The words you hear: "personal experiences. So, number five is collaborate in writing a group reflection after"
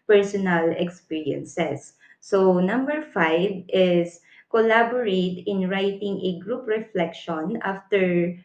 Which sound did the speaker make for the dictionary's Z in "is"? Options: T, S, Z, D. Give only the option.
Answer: S